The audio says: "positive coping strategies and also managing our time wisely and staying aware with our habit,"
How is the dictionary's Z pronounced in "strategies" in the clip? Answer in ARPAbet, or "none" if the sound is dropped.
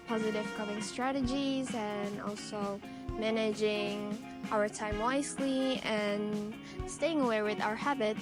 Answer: Z